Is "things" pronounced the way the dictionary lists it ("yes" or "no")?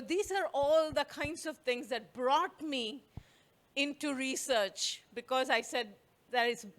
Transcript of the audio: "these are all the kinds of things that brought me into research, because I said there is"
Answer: no